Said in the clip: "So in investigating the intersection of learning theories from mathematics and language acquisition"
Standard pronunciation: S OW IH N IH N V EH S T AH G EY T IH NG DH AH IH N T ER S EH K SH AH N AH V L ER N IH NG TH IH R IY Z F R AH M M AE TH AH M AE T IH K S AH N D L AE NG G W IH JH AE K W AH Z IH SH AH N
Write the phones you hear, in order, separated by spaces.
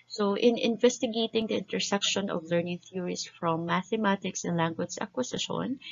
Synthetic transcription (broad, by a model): S OW IH N IH N V EH S T AH G EY T IH NG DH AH IH N T ER S EH K SH AH N AH V L ER N IH NG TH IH R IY S F R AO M M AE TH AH M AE T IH K S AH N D L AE NG G W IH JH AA K W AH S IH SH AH N